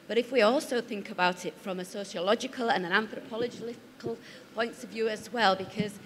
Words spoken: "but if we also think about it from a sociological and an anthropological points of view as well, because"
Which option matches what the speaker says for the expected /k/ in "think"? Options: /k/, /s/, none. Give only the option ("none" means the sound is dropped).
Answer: /k/